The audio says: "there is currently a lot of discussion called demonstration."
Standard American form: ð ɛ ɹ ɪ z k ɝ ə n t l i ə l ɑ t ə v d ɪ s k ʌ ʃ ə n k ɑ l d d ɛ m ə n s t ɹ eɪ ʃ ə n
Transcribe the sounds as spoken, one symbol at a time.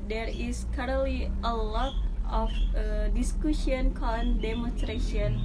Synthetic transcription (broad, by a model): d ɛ ɹ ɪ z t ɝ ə t l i ə l ɑ t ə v d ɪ s k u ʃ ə n k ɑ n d d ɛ m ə n s t ɹ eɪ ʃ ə n